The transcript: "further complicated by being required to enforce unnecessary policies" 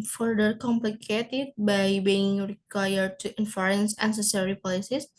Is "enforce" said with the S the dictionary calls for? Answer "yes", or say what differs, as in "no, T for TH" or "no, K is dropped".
no, S is dropped